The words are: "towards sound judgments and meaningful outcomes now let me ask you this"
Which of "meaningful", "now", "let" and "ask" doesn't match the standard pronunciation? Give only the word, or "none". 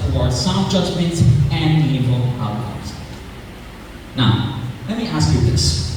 meaningful